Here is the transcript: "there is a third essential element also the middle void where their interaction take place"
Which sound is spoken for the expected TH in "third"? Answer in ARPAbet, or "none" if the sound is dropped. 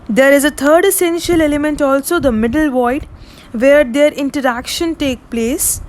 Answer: T